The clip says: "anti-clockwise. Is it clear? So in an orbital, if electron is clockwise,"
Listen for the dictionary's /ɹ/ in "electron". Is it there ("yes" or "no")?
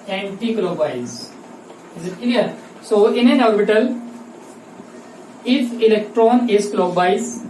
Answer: yes